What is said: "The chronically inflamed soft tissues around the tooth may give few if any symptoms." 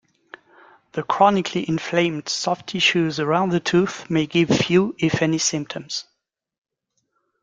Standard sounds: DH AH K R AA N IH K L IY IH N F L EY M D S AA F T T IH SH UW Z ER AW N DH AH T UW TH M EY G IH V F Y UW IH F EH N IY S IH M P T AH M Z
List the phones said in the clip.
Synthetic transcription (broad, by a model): DH AH K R AA N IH K L IY IH N F L EY M D S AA F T T IH SH UW Z ER AW N DH AH T UW TH M EY G IH V F Y UW IH F EH N IY S IH M P T AH M Z